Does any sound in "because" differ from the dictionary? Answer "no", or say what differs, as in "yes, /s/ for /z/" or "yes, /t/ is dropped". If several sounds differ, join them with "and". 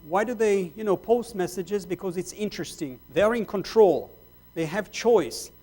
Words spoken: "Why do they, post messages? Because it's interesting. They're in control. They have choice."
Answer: no